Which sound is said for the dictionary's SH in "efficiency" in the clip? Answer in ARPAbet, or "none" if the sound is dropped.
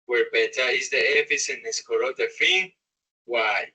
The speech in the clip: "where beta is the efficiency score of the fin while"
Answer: S